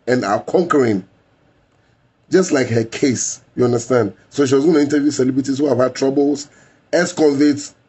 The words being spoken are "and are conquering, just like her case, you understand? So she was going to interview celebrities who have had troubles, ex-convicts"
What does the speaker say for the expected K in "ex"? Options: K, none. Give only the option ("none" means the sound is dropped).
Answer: none